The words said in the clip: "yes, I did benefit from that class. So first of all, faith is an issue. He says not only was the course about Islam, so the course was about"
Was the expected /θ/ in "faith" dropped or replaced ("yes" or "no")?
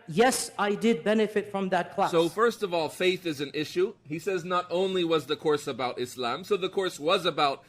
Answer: no